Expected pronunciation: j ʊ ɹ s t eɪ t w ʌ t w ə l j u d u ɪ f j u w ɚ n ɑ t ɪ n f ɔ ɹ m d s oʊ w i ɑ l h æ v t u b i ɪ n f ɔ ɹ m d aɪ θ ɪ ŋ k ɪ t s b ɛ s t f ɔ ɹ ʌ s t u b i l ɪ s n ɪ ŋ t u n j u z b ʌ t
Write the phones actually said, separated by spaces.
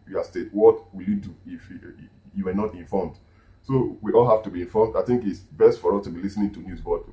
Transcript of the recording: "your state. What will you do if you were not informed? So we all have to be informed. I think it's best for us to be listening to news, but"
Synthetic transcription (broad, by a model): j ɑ s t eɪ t w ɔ t w ə l j u d u ɪ f j u w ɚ n ɑ t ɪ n f ɔ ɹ m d s oʊ w i ɑ l h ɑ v t u b i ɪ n f ɔ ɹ m d aɪ θ ɪ ŋ k ɪ t s b ɛ s t f ɔ ɹ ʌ s t u b i l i s n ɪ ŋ t u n j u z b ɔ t